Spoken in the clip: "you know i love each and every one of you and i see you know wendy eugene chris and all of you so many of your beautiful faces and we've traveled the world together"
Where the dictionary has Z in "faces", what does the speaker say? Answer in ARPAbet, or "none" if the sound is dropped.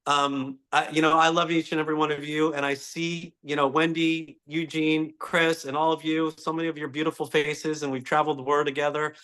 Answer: Z